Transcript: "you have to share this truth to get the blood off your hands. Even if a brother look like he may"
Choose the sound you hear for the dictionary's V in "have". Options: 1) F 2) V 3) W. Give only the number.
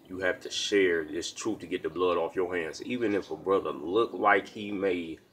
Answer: 1